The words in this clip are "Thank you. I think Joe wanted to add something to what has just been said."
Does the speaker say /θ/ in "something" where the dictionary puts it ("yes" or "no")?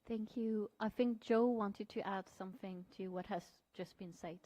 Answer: yes